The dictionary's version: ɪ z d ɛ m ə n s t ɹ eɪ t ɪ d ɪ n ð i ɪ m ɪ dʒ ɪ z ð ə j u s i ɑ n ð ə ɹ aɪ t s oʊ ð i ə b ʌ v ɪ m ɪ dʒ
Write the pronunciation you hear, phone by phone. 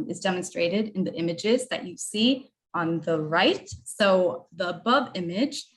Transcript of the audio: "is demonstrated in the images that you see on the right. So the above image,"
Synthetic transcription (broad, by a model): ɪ z d ɛ m ə n s t ɹ eɪ t ɪ d ɪ n ð i ɪ m ɪ dʒ ɪ z ð ə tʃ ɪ s i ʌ n ð ə ɹ aɪ t s oʊ ð i ə b ʌ v ɪ m ɪ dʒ